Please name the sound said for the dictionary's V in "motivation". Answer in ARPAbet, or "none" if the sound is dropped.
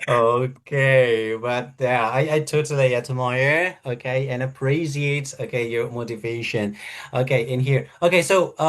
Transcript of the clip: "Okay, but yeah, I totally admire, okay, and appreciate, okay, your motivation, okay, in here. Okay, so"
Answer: V